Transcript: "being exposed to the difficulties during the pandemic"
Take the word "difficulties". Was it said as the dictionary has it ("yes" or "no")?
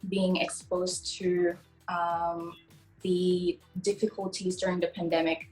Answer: yes